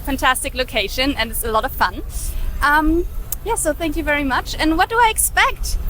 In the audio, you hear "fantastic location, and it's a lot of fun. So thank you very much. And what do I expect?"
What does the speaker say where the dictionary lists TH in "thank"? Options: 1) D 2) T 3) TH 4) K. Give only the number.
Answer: 3